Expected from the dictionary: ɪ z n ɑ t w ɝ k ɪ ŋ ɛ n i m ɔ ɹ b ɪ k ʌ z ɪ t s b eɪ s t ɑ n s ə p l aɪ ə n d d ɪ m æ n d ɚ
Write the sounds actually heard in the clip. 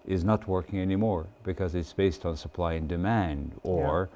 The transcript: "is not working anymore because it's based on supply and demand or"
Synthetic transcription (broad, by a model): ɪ z n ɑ t w ɝ k ɪ ŋ ɛ n i m ɔ ɹ b ɪ k ʌ z ɪ t s b eɪ s t n s ə p l aɪ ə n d d ɪ m æ n d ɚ